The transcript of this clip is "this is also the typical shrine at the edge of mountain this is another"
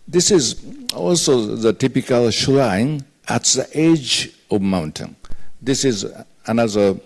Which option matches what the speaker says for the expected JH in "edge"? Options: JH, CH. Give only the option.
JH